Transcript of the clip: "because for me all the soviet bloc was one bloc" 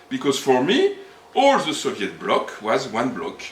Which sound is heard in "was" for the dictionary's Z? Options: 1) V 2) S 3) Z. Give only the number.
3